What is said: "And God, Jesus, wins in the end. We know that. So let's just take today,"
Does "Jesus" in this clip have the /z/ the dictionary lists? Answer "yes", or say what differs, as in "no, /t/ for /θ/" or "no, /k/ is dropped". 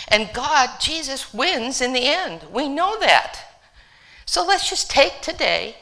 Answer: yes